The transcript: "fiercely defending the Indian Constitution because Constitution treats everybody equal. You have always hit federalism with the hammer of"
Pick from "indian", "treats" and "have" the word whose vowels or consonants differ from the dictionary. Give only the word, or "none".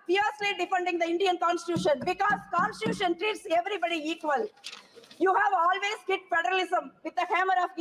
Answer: none